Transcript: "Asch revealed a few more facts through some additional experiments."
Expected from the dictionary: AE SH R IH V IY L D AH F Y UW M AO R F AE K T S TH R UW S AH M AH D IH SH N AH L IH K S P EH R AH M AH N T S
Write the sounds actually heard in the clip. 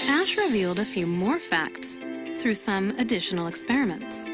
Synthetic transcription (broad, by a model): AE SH R IH V IY L D AH F Y UW M AO R F AE K T S TH R UW S AH M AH D IH SH N L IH K S P EH R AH M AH N T S